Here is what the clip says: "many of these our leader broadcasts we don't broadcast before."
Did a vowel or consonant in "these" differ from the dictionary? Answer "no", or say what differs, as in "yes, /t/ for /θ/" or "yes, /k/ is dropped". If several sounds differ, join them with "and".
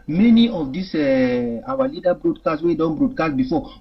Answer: yes, /s/ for /z/